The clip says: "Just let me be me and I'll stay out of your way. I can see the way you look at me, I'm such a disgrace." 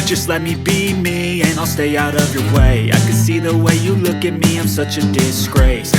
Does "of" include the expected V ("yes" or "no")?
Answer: yes